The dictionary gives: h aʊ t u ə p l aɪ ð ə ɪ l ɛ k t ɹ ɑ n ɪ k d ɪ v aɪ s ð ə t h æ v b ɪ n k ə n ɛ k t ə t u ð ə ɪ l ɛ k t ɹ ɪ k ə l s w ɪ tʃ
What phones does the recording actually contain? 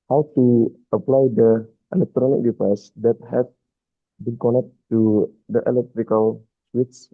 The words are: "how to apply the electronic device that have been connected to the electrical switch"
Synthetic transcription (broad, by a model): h aʊ t u ə p l aɪ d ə ɪ l ɛ k t ɹ ɑ n ɪ k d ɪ f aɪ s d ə t h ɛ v b ɪ n k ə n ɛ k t t u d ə ɪ l ɛ k t ɹ ɪ k ə l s w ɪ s